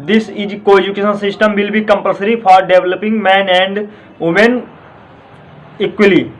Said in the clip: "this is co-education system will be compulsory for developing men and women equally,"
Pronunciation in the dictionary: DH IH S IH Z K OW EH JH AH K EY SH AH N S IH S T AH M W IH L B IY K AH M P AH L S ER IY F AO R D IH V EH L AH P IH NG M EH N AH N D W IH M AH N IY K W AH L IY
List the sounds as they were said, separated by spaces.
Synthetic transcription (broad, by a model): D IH S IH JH K OW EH JH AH K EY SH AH N S IH S T AH M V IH L B IY K AH M P AH L S ER IY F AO R D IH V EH L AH P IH NG M EH N AH N D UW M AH N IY K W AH L IY